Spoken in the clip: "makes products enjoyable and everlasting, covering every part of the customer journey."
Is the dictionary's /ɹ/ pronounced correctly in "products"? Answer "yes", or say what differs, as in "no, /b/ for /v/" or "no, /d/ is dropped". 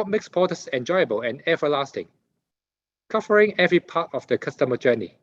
no, /ɹ/ is dropped